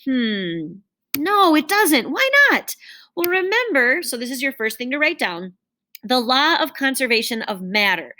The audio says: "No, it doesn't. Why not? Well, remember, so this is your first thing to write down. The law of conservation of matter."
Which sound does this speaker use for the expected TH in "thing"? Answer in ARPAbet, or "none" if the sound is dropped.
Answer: TH